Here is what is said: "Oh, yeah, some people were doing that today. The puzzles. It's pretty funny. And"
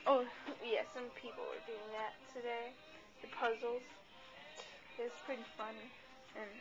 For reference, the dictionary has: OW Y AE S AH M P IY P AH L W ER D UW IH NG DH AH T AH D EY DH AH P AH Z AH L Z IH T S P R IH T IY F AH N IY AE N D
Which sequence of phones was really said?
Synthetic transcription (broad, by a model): OW Y AE S AH M P IY P L W ER D UW IH NG DH AH T AH D EY DH AH P AH Z L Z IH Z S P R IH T IY F AH N IY N